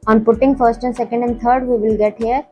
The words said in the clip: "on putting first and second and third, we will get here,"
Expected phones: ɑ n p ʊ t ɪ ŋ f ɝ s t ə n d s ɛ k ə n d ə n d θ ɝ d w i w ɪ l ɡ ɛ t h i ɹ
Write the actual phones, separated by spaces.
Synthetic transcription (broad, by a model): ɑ n p ʊ t ɪ ŋ f ɝ s t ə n s ɛ k ə n d ə n d t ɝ d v i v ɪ l ɡ ɛ t h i ɹ